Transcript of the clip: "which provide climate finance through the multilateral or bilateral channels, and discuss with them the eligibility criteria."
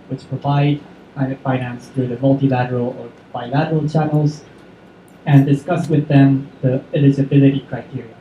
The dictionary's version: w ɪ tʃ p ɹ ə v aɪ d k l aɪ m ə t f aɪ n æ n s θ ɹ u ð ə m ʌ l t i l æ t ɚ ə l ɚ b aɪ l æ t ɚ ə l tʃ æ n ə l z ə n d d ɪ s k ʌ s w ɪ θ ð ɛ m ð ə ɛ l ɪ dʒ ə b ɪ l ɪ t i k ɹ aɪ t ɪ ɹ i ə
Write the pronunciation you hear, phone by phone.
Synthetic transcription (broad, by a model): w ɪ tʃ p ɹ ə v aɪ d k aɪ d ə f aɪ n æ n s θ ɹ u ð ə m ʌ l t i l æ t ɚ ə l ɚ b aɪ l æ t ɚ ə l tʃ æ n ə l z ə n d d ɪ s k ʌ s w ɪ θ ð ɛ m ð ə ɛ l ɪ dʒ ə b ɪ l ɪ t i k ɹ aɪ t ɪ ɹ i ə